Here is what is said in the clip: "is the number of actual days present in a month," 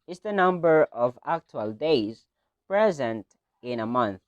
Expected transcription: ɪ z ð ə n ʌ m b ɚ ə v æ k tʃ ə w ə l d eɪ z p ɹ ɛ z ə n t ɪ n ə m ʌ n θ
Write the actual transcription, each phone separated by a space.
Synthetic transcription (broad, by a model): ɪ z ð ə n ʌ m b ɚ ə v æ k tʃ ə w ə l d eɪ z p ɹ ɛ z ə n t ɪ n ə m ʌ n θ